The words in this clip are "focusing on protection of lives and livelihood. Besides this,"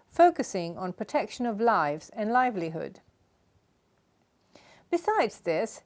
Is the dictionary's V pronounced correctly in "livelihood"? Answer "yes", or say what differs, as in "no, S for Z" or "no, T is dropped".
yes